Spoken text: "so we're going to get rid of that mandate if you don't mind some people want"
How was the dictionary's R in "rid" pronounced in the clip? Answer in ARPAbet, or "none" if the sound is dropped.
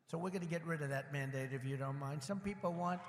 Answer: R